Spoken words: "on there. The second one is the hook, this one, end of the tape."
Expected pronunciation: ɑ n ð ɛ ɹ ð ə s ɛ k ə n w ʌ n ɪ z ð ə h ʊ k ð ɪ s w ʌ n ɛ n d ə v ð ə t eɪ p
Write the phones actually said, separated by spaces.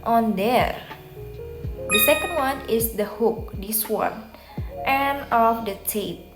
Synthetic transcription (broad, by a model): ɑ n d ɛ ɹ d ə s ɛ k ə n w ʌ n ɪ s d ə h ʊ k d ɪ s w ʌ n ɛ n ə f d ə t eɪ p